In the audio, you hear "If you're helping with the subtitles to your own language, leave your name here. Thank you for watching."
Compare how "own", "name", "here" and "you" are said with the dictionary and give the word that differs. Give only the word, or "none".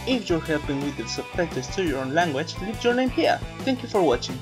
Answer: none